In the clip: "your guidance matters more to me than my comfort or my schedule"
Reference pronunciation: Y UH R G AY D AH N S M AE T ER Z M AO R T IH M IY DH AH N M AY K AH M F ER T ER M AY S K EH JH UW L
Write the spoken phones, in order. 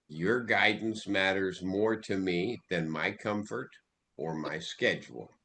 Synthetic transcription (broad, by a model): Y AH R G AY D N S M AE T ER Z M AO R T IH M IY DH AH N M AY K AH M F ER T ER M AY S K EH JH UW L